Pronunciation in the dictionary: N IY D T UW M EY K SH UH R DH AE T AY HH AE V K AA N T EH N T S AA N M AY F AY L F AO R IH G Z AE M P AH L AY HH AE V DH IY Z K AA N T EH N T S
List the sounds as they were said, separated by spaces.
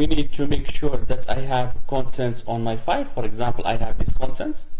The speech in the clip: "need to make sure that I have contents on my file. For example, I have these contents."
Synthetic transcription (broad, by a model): N IY D T UW M EY K SH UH R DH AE T AY HH AE V K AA N S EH N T S AA N M AY F AY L F AO R IH G Z AE M P AH L AY HH AE V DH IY S K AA N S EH N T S